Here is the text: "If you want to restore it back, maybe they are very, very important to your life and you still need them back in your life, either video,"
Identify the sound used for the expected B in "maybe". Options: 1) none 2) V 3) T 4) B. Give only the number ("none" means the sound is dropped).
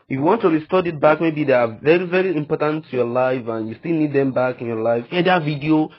4